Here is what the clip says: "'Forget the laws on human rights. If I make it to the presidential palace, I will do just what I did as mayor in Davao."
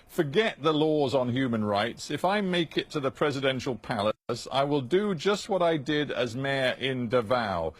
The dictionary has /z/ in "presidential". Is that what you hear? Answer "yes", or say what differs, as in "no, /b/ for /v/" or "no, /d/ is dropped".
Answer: yes